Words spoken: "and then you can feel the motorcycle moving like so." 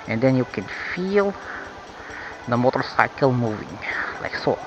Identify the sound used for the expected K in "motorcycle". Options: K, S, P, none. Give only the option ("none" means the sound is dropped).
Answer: K